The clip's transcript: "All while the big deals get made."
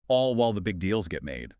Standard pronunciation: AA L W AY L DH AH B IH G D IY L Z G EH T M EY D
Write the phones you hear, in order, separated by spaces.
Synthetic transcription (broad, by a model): AA L W AY L DH AH B IH G D IY L Z G EH T M EY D